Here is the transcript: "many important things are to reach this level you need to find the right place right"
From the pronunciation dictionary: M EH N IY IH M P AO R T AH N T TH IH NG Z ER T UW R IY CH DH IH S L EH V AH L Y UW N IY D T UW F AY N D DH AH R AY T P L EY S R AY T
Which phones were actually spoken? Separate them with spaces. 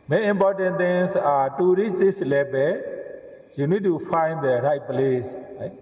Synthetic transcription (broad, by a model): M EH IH M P AO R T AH N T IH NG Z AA T UW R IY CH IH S L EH B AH Y UW N IY D T UW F AY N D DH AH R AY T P L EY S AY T